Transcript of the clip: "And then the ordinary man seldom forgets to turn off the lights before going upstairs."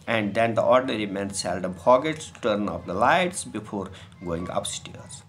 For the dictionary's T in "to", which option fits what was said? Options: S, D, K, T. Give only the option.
T